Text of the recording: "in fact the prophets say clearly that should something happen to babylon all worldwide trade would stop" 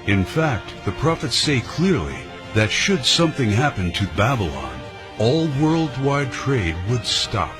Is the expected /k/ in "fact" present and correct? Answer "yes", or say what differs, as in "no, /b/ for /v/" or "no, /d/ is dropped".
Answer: yes